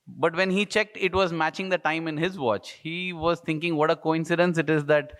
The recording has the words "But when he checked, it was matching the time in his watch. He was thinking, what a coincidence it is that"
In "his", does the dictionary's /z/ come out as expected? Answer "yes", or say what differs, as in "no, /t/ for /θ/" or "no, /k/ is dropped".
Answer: yes